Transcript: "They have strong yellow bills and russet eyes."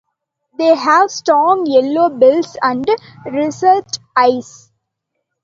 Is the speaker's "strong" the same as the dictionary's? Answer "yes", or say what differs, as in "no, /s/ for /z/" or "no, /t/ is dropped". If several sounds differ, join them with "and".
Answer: no, /ɹ/ is dropped